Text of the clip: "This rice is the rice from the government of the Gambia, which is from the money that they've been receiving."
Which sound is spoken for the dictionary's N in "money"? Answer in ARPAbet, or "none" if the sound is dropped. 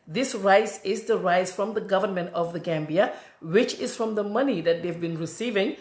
N